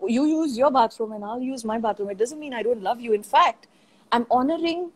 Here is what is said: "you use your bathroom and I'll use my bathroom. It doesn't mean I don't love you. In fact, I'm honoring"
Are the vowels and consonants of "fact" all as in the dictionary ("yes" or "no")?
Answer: yes